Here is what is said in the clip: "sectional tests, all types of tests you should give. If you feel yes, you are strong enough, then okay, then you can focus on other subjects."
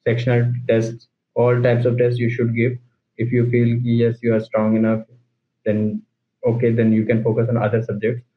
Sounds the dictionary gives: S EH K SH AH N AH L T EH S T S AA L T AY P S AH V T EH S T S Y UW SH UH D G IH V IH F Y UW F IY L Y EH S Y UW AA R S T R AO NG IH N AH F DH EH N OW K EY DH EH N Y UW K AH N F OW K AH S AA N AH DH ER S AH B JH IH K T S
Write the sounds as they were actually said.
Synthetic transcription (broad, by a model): S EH K SH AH N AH L T EH S T S AA L T AY P S AH V T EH S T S Y UW SH UH D G IH V IH F Y UW F IY L Y EH S Y UW AA R S T R AO NG IH N AH F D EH N OW K EY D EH N Y UW K AH N F OW K AH S AA N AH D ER S AH B JH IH K T S